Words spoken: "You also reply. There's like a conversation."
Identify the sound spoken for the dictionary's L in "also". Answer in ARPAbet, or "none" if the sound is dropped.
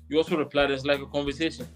L